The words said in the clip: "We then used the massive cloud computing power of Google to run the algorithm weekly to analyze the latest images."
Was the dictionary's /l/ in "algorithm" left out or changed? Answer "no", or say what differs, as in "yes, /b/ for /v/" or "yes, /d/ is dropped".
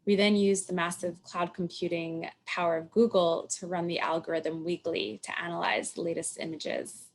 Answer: no